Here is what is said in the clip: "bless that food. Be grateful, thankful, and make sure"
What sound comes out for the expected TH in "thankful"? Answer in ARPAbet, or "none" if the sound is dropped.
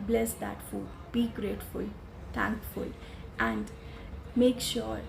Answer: T